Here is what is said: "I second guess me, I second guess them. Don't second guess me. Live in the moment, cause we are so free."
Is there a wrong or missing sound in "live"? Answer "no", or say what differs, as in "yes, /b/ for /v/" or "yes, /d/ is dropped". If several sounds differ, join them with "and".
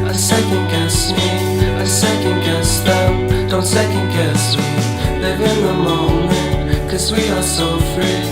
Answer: yes, /n/ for /l/